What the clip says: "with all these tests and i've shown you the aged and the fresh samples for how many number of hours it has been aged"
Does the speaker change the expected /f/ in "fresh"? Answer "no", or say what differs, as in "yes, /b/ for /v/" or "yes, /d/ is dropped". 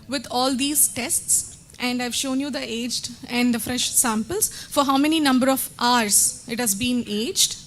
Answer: no